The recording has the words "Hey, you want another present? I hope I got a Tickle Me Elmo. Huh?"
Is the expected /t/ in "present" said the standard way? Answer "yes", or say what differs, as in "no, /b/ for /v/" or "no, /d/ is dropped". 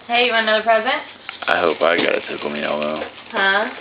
yes